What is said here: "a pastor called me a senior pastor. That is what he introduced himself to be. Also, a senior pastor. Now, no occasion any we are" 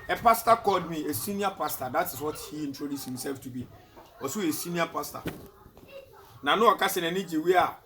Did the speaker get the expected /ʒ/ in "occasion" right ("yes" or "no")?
no